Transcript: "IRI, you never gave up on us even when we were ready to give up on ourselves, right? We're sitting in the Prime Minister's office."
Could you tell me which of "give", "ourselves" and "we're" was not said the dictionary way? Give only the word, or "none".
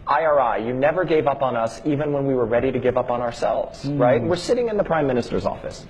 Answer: none